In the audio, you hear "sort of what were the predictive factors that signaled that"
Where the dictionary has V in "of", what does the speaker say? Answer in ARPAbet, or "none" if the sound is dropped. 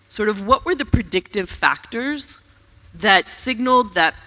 V